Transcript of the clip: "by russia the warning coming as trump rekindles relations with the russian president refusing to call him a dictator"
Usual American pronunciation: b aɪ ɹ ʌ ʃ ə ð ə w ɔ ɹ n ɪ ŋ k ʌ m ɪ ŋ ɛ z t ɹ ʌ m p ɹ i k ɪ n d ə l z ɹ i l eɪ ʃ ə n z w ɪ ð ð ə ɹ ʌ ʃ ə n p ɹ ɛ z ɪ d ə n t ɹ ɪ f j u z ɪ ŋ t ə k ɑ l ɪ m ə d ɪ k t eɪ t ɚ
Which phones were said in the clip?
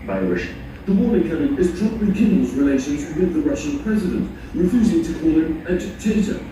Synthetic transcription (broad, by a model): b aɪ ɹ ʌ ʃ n ð ə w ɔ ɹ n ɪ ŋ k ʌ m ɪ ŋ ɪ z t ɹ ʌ p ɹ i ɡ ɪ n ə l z ɹ i l eɪ ʃ ə n z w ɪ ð ð ə ɹ ʌ ʃ ə n p ɹ ɛ z ɪ d ə n t ɹ ɪ f j u z ɪ ŋ t ə k ɑ l ɪ m ə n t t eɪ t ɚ